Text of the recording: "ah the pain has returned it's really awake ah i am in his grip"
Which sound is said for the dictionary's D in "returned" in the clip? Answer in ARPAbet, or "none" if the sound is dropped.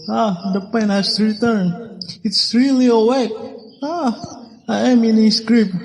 none